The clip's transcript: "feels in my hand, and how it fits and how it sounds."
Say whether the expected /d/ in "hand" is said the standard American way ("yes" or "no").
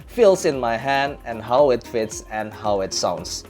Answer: yes